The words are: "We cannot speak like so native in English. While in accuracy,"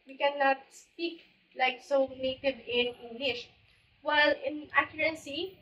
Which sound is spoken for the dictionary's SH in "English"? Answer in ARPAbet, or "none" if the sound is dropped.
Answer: SH